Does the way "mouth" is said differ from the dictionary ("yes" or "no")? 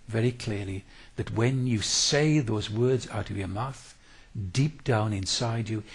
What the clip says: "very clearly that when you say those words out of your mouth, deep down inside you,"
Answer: no